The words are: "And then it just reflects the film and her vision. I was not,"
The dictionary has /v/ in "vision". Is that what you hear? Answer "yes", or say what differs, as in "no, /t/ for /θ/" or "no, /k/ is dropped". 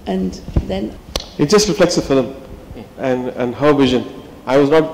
yes